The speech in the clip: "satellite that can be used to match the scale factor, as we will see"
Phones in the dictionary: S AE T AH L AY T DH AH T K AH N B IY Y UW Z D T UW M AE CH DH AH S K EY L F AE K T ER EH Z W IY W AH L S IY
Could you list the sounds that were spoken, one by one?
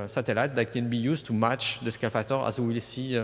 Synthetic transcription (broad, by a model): S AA T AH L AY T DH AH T K AH N B IY Y UW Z T UW M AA CH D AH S K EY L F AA T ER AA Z W IY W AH L S IY